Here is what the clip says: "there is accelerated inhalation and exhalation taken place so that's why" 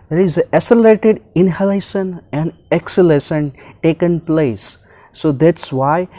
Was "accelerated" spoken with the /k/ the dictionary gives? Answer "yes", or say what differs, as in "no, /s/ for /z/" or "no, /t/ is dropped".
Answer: no, /k/ is dropped